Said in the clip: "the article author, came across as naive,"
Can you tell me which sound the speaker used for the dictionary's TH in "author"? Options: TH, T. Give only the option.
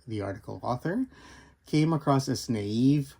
TH